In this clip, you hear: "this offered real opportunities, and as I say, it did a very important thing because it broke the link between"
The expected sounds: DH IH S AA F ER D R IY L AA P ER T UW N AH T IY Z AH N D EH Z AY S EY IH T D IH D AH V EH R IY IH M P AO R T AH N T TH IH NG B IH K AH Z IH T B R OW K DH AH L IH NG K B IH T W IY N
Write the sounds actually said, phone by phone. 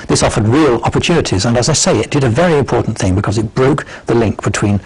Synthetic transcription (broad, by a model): DH IH S AA F ER D R IY L AA P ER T UW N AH T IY Z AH N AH Z AY S EY IH T D IH D AH V EH R IY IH M P AO R T N TH IH NG B IH K AH Z IH T B R OW K DH AH L IH NG K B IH T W IY N